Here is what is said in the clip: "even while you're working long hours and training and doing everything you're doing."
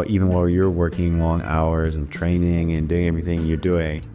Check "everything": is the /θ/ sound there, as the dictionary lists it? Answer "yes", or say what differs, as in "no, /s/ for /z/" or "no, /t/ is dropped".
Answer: yes